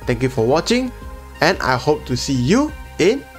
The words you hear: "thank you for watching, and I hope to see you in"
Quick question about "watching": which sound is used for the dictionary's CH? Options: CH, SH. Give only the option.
CH